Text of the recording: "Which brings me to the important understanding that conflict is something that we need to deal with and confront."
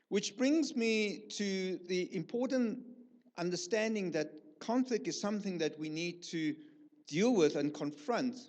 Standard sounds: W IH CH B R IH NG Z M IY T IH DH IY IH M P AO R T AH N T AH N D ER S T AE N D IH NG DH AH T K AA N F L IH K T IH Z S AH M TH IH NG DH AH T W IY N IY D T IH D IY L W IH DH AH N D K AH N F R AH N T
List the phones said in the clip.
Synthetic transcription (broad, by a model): W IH CH B R IH NG Z M IY T IH DH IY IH M P AO R T N T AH N D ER S T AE N D IH NG DH AH T K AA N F L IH K T IH Z S AH M TH IH NG DH AH T W IY N IY D T IH D IY L W IH DH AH N K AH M F R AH N T